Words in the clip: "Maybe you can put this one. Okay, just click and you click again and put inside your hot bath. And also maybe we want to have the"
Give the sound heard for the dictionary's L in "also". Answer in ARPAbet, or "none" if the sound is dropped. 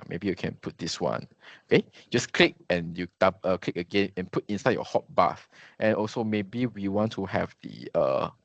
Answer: L